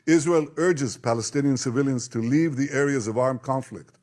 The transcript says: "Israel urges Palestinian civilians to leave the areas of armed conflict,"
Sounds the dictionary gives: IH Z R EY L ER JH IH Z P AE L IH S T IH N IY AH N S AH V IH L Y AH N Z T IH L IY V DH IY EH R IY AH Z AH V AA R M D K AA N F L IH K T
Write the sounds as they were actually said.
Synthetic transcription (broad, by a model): IH Z R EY L ER JH IH Z P AE L IH S T IH N IY AH N S AH V IH L Y AH N Z T IH L IY V DH IY EH R IY AH Z AH V AA R M K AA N F L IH K T